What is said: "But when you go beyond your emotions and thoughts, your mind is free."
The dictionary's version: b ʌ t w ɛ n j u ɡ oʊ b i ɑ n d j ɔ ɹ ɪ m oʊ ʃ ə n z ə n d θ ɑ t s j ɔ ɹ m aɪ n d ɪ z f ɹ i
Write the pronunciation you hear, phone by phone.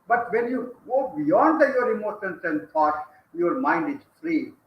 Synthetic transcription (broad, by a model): b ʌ t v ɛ n j u ɡ oʊ b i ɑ n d j ɔ ɹ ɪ m oʊ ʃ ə n s ə n d t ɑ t j ɔ ɹ m aɪ n d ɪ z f ɹ i